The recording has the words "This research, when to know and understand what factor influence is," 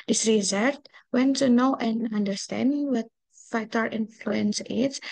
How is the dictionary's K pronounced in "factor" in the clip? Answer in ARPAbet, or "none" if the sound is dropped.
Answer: none